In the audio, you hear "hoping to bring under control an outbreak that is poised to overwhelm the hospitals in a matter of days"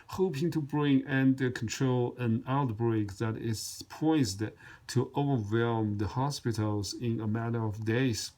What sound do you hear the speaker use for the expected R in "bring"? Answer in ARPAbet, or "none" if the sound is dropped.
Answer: R